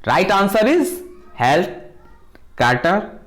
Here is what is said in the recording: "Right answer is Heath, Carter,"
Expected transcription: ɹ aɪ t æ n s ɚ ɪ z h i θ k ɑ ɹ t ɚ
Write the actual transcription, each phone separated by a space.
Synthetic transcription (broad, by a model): ɹ aɪ t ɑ n s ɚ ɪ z h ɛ t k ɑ ɹ t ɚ